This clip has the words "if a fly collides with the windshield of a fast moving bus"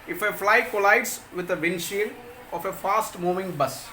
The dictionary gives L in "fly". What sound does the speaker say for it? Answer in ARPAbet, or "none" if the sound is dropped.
L